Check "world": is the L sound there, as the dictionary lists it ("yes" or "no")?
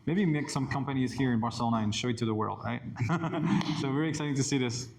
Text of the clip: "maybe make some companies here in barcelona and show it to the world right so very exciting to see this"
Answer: yes